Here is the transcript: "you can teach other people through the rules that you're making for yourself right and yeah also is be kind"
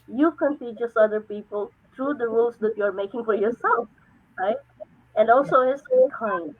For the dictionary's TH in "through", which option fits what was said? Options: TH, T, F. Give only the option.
T